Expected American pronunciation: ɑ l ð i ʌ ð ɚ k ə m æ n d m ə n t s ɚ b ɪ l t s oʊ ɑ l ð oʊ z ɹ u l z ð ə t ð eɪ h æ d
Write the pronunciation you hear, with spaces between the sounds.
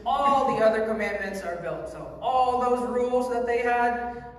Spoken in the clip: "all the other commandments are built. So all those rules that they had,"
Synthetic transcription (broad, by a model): ɑ l ð i ʌ ð ɚ k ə m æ n m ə n t s ɚ b ɪ l t s oʊ ɑ l ð oʊ z ɹ u l z ð ə t ð eɪ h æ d